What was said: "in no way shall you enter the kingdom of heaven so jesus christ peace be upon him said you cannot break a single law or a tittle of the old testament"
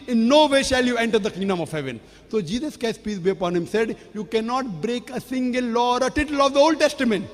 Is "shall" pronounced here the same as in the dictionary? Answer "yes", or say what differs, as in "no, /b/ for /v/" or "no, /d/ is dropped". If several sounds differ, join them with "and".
yes